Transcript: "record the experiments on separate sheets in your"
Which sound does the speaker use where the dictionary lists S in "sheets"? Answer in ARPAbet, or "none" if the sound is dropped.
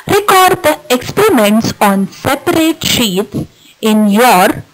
none